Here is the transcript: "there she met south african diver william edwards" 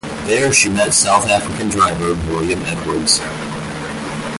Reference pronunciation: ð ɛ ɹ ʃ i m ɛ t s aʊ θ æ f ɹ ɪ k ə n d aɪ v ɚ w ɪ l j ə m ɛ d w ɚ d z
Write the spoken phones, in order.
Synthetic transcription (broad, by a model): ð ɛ ɹ ʃ i m ɛ t s aʊ θ æ f ɹ ɪ k ə n d aɪ v ɚ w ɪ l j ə m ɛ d w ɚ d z